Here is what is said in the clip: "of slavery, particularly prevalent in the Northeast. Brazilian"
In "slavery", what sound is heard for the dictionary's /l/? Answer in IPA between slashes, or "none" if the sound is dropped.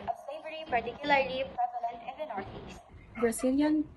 none